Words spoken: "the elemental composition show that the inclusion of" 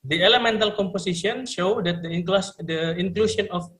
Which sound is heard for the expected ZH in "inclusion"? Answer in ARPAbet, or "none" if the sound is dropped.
SH